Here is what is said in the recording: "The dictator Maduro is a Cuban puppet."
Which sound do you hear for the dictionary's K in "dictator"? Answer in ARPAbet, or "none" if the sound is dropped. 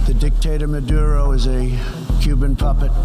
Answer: K